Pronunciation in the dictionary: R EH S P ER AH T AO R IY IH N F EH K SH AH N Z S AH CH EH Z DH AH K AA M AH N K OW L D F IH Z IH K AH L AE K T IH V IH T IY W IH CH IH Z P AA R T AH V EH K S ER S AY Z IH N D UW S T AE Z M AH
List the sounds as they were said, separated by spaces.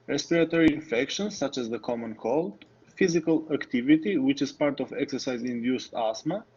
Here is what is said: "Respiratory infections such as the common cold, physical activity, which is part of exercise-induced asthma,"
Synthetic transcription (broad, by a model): R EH S P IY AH T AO R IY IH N F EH K SH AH N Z S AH CH EH Z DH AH K AA M AH N K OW L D F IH Z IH K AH L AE K T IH V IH T IY W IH CH IH Z P AA R T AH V EH K S ER S AY Z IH N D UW S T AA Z M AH